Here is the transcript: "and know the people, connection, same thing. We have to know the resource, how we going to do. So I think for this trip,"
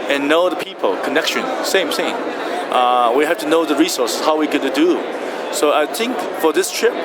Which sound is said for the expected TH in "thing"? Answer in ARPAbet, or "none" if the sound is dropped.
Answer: S